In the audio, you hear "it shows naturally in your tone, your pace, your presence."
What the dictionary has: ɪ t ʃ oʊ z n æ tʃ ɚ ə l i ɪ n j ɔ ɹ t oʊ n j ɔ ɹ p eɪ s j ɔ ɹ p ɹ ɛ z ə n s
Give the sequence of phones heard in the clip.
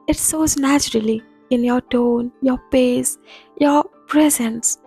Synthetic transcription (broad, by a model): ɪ t s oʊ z n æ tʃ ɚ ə l i ɪ n j ɔ ɹ t oʊ n j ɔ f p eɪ s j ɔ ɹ p ɹ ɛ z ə n s